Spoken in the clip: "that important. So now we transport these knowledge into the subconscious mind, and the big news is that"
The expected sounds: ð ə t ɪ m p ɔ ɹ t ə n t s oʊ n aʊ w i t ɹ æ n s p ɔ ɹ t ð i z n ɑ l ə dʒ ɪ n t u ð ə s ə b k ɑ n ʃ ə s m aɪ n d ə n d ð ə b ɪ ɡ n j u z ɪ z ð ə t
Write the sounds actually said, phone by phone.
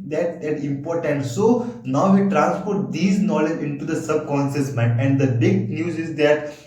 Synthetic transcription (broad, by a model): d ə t ɪ m p ɔ ɹ t ə n t s oʊ n aʊ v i t ɹ æ n s p ɔ ɹ t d i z n ɑ l ə dʒ ɪ n t u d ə s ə b k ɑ n s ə s m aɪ n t ə n d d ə b ɪ ɡ n j u z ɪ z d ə t